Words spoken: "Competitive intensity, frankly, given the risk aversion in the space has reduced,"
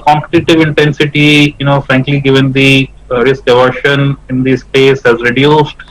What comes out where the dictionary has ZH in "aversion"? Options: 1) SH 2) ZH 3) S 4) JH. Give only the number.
1